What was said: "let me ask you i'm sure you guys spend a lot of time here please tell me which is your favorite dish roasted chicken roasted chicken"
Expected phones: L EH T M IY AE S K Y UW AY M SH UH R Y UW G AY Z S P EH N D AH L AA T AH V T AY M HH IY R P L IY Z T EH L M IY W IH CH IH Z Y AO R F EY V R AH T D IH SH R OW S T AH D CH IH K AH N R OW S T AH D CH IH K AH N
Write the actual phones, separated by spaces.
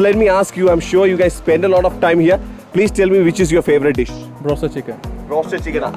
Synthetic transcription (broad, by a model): L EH T M IY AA S K Y UW AY M SH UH R Y UW G AY Z S P EH N D AH L AA T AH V T AY M HH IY R P L IY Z T EH L M IY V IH CH IH Z Y AO R F EY V R AH T D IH SH R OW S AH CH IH K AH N R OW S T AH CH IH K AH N